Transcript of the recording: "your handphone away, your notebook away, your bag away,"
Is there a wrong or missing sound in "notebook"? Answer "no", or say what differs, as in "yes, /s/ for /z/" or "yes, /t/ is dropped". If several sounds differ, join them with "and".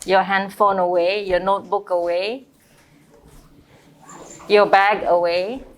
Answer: no